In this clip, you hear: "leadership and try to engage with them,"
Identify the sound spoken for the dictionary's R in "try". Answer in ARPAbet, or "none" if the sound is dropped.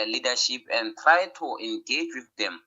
R